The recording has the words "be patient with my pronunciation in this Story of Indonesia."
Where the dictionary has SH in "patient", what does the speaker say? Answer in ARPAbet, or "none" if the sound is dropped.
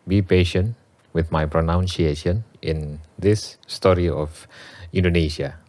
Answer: SH